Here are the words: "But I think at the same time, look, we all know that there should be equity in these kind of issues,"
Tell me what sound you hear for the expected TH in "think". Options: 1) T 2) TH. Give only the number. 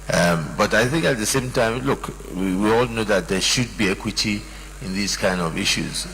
2